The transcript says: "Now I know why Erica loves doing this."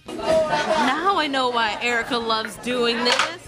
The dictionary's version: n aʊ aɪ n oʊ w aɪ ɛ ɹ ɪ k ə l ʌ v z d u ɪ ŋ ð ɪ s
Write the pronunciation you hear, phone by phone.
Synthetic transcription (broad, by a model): n aʊ aɪ n oʊ w aɪ ɛ ɹ ɪ k ə l ʌ v z d u ɪ ŋ ð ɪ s